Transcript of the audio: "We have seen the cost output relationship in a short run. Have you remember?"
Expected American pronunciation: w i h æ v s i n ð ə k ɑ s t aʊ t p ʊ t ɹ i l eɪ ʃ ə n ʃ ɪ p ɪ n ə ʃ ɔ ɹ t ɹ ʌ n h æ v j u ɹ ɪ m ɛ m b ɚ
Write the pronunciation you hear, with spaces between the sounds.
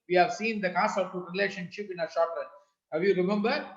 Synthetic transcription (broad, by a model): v i h æ v s i n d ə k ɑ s aʊ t ʊ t ɹ i l eɪ ʃ ə n ʃ ɪ p ɪ n ə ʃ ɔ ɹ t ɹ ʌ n h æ v j u ɹ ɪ m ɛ m b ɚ